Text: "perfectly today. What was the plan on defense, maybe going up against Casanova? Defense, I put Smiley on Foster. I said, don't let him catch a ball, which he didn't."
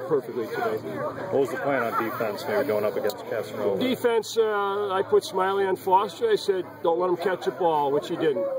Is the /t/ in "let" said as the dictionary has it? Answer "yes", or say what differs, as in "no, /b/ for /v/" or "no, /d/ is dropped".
yes